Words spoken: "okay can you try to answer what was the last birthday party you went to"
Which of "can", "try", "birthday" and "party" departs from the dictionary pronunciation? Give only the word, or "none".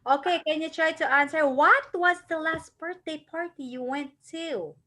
birthday